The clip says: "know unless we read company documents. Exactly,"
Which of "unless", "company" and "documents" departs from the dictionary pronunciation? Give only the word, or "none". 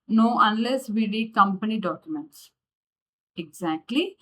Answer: none